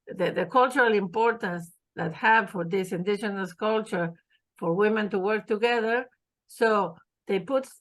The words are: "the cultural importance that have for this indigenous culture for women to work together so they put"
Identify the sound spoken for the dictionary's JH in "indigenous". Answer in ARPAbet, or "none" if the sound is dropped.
SH